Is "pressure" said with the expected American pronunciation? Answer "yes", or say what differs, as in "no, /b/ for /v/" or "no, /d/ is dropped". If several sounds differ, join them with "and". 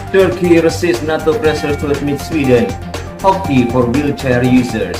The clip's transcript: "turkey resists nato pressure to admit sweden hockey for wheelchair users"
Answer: no, /s/ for /ʃ/